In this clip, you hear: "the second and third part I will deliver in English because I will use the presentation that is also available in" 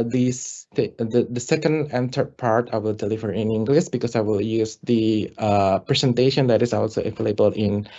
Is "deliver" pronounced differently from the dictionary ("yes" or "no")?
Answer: yes